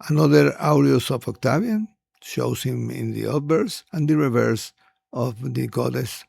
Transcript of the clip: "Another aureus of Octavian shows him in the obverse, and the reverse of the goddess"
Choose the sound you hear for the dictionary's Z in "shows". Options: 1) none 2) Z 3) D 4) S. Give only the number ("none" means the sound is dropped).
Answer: 4